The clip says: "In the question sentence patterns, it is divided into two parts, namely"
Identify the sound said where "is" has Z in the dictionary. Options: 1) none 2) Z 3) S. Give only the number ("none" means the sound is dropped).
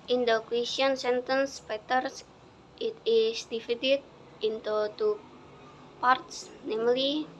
3